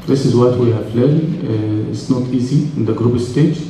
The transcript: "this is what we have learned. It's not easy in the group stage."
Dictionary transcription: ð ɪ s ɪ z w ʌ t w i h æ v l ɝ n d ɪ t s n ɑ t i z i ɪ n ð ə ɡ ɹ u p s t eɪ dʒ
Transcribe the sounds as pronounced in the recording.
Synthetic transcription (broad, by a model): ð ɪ s ɪ z w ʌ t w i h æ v l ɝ d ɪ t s n ɑ t i z i ɪ n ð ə ɡ ɹ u b s t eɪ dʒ